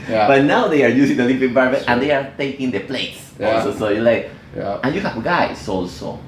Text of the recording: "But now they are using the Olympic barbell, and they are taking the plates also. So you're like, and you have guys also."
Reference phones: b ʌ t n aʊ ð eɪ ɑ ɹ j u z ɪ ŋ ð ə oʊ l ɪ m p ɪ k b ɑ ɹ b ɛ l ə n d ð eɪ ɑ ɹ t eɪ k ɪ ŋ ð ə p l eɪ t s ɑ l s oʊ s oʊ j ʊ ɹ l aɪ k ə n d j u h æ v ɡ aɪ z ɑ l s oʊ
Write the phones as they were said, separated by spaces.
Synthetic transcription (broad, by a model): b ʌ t n aʊ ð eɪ ɑ ɹ j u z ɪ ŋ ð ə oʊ l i p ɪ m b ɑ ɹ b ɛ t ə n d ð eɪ ɑ ɹ t eɪ k ɪ ŋ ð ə p l eɪ t s ɑ l s oʊ s oʊ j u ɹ l aɪ k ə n j u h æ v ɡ aɪ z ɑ l s oʊ